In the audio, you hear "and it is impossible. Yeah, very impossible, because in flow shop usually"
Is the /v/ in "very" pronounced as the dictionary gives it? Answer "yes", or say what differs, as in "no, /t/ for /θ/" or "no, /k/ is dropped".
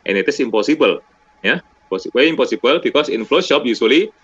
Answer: no, /p/ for /v/